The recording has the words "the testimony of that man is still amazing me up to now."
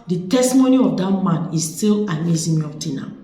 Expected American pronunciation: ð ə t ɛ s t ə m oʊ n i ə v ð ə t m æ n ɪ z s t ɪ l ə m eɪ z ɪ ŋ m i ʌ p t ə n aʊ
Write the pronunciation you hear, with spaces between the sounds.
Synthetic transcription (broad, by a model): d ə t ɛ s t ə m oʊ n i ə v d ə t m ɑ n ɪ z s t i l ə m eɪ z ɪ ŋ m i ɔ f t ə n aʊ